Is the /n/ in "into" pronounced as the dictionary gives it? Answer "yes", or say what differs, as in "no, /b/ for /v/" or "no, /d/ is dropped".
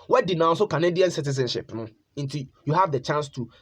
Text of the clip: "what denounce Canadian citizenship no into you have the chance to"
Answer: yes